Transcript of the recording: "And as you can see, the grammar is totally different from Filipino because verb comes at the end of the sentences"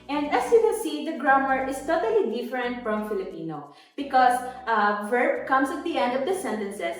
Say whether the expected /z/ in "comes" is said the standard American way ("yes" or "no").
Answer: no